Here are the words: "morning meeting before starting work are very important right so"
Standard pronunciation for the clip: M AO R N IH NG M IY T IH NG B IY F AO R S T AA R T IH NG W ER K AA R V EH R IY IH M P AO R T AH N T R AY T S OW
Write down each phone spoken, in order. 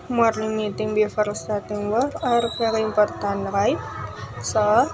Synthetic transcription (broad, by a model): M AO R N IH M IY T IH NG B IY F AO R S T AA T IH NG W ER AA R P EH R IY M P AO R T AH N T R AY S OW